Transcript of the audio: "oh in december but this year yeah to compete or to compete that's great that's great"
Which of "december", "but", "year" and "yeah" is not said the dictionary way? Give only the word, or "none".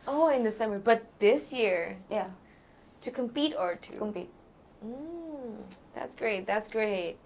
december